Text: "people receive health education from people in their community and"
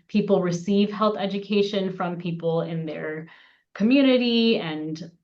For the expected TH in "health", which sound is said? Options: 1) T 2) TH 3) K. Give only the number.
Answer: 2